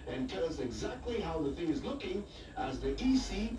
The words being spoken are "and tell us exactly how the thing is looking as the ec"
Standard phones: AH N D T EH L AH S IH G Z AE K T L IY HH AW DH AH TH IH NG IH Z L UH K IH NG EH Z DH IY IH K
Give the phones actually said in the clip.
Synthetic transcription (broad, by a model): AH N T EH L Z IH G Z AE K T L IY HH AW DH AH TH IH NG IH Z L UH K IH NG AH Z DH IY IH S